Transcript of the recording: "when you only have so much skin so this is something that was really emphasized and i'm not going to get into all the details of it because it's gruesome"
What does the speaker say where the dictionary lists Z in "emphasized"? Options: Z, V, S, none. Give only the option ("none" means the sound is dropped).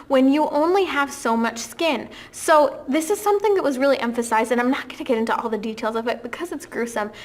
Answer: Z